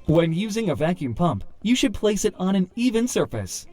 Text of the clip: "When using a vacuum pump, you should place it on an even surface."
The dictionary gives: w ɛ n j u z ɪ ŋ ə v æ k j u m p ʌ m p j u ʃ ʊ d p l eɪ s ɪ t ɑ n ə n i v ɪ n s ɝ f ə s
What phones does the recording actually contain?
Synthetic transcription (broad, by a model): w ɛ n j u z ɪ ŋ ə v æ k j u m p ʌ m p j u ʃ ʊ d p l eɪ s ɪ t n ə n i v ɪ n s ɝ f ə s